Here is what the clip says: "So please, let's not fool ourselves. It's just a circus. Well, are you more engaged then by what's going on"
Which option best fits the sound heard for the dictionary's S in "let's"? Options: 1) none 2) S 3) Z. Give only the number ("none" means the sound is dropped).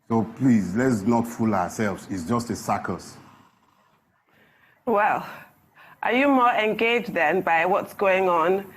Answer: 2